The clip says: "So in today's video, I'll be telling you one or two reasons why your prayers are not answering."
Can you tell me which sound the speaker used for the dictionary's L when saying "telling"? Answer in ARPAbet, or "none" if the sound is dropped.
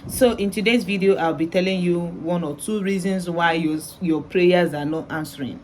L